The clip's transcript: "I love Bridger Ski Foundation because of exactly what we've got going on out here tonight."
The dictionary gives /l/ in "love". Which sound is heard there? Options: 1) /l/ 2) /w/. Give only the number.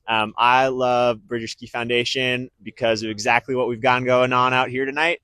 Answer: 1